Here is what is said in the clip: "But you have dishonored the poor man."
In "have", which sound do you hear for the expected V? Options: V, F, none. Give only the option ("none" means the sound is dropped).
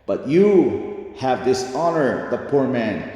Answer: V